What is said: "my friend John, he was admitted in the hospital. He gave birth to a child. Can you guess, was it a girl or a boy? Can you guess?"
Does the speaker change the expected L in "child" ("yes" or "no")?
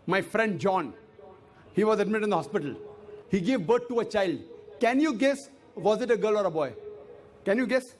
no